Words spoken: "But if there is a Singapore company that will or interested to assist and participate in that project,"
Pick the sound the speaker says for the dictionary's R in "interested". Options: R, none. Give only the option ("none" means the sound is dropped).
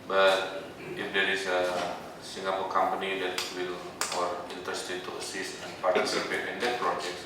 none